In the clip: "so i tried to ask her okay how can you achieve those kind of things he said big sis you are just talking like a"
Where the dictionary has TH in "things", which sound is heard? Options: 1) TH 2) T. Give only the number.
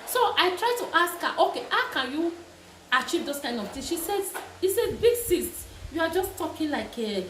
2